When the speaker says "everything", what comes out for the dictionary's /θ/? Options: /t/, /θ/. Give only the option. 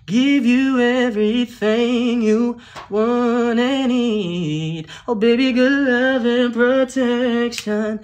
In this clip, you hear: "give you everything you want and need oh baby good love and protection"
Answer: /θ/